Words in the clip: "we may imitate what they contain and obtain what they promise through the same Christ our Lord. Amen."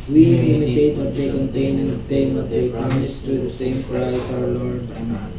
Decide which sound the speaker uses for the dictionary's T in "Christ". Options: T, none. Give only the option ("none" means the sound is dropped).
none